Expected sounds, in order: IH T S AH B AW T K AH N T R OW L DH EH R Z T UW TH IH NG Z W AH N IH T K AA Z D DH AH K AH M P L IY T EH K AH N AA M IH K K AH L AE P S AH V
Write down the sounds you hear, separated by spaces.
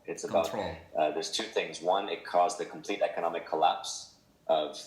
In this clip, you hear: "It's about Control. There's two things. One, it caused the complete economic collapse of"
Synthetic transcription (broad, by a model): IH T S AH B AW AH T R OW DH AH R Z T UW TH IH NG Z W AH N IH T K AA Z DH AH K M P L IY T EH K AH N AA M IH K K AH L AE P S AH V